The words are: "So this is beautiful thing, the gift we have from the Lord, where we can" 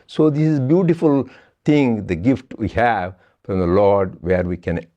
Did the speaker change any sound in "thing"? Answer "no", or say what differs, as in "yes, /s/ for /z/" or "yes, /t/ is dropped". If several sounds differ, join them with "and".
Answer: yes, /t/ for /θ/